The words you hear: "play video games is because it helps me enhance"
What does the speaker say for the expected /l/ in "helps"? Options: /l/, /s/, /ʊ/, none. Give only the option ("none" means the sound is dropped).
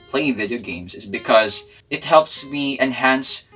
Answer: /l/